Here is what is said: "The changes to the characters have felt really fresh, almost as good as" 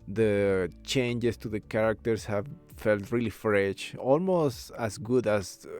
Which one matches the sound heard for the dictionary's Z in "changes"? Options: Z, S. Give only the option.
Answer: S